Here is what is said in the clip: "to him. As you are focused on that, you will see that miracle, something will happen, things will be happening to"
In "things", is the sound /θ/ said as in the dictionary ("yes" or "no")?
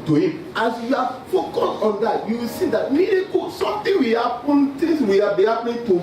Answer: no